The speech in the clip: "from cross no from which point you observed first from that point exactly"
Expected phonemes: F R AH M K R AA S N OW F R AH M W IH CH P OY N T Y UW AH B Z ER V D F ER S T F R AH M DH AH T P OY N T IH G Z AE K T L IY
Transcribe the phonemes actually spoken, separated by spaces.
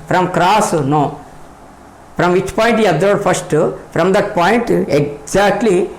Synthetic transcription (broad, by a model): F R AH M K R AA S N OW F R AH M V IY CH P OY N T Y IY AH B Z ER D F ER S T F R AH M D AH T P OY N T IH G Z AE K T L IY